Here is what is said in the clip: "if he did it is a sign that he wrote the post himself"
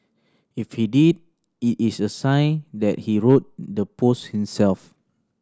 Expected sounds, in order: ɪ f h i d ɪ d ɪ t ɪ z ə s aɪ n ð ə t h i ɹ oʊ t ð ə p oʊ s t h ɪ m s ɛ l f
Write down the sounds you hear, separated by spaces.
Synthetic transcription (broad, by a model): ɪ f h i d ɪ d ɪ t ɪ s ə s aɪ n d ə t h i ɹ oʊ t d ə p oʊ s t h ɪ m s ɛ l f